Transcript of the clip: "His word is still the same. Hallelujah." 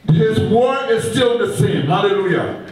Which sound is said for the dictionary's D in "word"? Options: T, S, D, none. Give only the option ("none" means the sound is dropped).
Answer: none